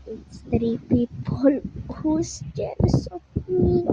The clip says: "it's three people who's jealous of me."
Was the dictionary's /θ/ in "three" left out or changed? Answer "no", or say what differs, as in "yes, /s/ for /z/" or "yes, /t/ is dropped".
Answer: yes, /t/ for /θ/